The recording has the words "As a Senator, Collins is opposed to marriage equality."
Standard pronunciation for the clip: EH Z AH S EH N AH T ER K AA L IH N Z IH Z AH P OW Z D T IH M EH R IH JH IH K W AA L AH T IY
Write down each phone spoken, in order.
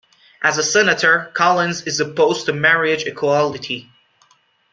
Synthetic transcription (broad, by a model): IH Z AH S EH N AH T ER K AA L IH N Z IH Z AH P OW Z T IH M EH R IH JH IH K W AA L AH T IY